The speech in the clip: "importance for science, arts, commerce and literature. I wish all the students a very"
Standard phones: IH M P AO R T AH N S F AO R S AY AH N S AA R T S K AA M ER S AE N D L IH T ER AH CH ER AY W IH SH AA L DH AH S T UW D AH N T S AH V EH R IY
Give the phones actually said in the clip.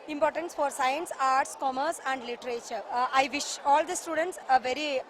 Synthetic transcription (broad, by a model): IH M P AO R T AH N S F AO R S AY AH N S AA R T S K AA M ER S AE N D L IH T ER AH CH ER AY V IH SH AA L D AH S T UW D AH N T S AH V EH R IY